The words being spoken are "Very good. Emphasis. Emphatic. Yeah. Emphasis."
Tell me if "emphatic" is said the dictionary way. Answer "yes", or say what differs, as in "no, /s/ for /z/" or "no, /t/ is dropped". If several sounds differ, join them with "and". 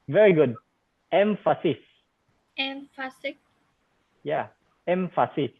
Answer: no, /s/ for /t/